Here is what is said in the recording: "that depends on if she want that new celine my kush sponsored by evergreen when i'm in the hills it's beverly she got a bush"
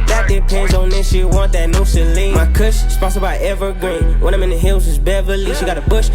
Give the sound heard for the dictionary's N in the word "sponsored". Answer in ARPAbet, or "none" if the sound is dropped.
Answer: none